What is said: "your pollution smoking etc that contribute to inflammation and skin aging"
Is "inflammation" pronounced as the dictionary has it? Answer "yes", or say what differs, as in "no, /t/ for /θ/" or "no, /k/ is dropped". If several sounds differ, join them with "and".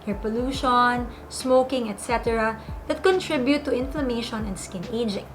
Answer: yes